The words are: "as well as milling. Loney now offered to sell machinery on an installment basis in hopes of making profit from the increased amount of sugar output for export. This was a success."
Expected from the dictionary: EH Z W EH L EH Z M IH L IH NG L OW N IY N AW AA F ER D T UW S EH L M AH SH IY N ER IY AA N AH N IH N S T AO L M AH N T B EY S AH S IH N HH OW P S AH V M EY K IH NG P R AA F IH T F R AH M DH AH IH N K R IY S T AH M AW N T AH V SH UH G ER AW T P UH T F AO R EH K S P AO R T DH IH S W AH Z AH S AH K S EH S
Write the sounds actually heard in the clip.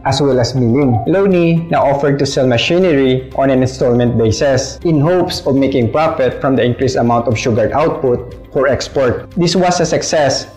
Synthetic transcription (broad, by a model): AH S W EH L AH S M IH L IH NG L OW N IY N AW AA F ER D T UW S EH L M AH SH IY N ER IY AA N AH N IH N S T AO L M AH N T B EY S AH S IH N HH OW P S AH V M EY K IH NG P R AA F IH T F R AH M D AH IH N K R IY S AH M AW N T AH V SH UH G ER AW T P UH T F AO R EH K S P AO R T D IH S W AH S AH S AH K S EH S